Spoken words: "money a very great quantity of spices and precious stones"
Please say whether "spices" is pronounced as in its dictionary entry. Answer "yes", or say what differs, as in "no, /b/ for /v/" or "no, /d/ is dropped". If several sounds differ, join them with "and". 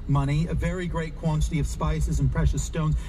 yes